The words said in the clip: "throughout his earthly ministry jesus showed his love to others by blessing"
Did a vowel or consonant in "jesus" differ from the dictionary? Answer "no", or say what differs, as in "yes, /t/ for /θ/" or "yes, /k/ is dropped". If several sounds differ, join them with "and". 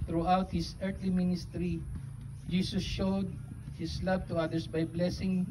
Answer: yes, /s/ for /z/